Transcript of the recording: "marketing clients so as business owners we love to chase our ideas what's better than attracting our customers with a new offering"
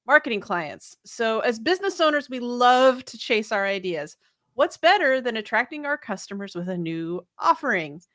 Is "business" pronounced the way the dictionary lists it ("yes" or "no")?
yes